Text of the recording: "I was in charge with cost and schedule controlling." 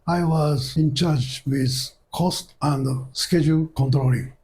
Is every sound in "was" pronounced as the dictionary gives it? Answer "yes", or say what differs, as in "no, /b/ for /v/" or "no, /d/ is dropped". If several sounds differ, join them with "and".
yes